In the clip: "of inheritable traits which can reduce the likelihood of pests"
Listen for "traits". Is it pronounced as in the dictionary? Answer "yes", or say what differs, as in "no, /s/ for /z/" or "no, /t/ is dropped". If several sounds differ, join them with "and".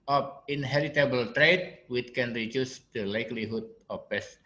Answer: no, /s/ is dropped